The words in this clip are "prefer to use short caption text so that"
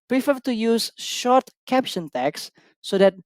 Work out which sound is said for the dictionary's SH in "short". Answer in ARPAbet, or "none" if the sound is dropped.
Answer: SH